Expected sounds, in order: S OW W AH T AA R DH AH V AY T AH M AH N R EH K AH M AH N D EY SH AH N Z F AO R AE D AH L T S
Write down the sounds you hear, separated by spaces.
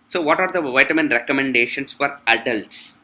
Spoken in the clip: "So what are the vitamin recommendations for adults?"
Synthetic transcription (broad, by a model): S OW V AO T AA R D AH V AY T AH M AH N R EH K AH M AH N D EY SH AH N S F AO R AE D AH L T S